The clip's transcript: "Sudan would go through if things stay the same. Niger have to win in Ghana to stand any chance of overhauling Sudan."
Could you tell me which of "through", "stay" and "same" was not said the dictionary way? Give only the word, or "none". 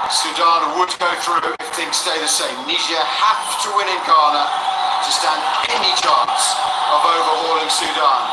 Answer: none